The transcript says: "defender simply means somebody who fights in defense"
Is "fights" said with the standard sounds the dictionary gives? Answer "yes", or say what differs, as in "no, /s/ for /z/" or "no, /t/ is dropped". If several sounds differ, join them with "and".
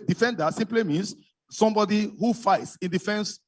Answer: yes